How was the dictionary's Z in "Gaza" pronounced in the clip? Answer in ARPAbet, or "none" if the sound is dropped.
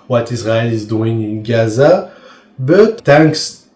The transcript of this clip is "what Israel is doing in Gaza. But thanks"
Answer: Z